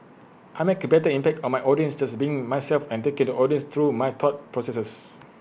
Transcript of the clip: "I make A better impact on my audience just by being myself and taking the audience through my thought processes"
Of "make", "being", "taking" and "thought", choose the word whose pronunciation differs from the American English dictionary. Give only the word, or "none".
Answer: thought